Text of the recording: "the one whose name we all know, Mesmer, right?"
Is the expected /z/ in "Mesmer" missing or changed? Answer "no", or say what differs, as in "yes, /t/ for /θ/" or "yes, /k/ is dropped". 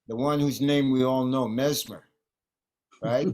no